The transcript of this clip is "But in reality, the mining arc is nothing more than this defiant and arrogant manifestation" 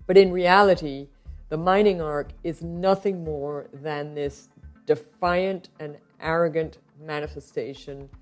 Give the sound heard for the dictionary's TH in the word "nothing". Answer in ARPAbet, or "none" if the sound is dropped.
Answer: TH